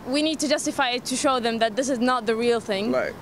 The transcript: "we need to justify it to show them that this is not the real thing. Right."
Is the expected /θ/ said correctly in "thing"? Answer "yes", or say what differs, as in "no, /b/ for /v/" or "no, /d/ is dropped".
yes